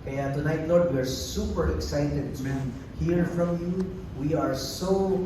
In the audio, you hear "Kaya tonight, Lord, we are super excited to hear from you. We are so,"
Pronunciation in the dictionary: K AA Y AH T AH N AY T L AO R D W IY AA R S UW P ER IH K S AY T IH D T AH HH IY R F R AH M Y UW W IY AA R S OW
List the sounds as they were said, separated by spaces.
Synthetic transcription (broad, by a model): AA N T AH N AY T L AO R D W IY AA R S UW P ER IH K S AY T IH D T HH IY R F R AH M Y UW W IY AA R S OW